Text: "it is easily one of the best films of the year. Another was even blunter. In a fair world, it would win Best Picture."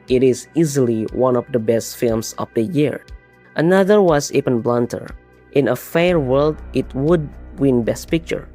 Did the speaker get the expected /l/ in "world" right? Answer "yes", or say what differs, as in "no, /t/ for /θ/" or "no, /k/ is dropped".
yes